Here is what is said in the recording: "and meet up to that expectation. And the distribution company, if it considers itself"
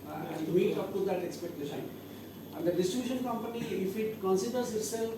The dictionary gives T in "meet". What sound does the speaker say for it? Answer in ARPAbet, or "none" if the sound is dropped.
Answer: none